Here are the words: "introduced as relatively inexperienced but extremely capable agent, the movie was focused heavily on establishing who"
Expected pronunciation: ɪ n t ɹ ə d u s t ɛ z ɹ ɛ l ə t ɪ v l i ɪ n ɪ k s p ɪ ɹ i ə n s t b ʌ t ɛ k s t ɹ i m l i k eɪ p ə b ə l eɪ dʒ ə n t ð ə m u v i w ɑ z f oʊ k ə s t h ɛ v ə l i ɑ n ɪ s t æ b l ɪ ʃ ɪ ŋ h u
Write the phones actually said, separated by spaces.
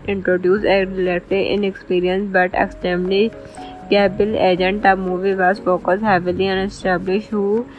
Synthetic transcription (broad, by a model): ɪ n t ɹ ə d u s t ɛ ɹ l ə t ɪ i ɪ n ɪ k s p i ɹ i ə n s b ʌ t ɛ k s t ɛ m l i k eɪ b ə l eɪ dʒ ə n t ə m u v i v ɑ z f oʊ k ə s h ɛ v ə l i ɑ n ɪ s t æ b l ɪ ʃ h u